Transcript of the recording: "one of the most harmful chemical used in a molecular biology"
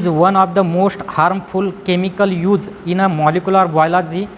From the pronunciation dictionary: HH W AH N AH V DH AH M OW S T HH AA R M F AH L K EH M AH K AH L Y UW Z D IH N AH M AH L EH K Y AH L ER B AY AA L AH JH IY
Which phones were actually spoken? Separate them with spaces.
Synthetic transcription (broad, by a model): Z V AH N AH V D AH M OW S T HH AA R M F AH L K EH M AH K AH L Y UW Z IH N AH M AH L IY K Y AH L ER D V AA L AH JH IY